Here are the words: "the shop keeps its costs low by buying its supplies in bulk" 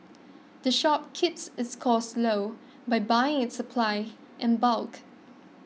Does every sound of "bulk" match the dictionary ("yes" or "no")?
yes